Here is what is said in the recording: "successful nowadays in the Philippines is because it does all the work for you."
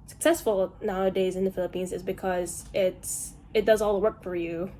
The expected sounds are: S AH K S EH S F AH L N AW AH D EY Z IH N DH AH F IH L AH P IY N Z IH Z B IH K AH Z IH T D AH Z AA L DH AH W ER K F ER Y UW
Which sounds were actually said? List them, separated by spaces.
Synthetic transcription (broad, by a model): S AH K S EH S F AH L N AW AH D EY Z IH N DH AH F IH L AH P IY N Z IH Z B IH K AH Z IH T D AH Z AA L W ER K F ER Y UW